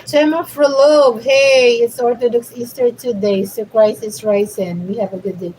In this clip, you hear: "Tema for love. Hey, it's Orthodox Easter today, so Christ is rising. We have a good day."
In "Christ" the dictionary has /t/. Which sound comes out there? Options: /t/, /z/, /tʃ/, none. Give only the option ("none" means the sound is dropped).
none